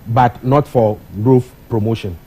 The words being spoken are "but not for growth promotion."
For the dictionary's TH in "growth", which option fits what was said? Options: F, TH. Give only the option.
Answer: F